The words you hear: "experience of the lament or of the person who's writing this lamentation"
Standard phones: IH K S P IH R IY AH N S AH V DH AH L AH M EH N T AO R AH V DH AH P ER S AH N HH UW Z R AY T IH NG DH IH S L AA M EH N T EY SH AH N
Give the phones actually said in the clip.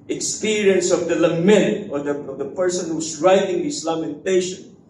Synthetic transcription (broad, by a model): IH K S P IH R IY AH N S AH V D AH L AH M EH N T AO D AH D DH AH P ER S AH N HH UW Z R AY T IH NG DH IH S L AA M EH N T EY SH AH N